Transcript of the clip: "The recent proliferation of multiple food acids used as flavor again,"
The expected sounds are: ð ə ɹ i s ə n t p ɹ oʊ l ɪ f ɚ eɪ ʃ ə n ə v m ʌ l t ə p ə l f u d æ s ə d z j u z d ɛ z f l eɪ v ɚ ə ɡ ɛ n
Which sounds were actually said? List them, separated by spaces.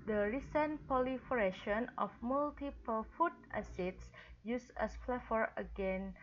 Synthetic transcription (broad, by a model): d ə ɹ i s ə n p oʊ l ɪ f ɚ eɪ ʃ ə n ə f m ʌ l t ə p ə l f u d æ s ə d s j u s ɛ s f l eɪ f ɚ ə ɡ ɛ n